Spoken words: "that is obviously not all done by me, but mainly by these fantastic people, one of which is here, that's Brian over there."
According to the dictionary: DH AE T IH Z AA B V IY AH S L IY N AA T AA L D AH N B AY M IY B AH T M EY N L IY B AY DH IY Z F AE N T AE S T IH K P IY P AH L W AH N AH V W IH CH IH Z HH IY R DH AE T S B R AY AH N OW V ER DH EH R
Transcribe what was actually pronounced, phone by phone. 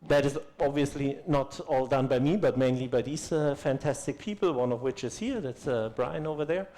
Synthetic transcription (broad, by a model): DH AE T IH Z AA B V IY AH S L IY N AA T AA L D AH N B AY M IY B AH T M EY N L IY B AY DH IY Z F AE N T AE S T IH K P IY P L W AH N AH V W IH CH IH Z HH IY R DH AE T S B R AY AH N OW V ER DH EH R